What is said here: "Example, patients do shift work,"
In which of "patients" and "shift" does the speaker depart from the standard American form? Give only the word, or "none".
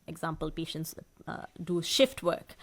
none